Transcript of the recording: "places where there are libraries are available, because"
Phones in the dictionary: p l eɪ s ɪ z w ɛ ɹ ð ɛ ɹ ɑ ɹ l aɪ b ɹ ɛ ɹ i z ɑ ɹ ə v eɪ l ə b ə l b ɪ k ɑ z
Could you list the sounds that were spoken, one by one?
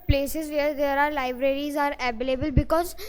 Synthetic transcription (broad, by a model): p l eɪ s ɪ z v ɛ ɹ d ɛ ɹ ɑ ɹ l aɪ b ɹ ɛ ɹ i z ɑ ɹ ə b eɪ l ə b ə l b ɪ k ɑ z